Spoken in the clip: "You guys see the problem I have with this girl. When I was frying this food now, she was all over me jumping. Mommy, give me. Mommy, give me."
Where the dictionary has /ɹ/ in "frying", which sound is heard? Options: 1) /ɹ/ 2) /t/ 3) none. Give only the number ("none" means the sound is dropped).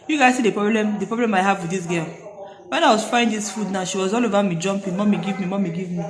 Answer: 3